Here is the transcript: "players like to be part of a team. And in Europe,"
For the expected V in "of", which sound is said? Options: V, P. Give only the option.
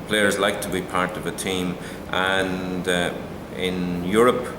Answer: V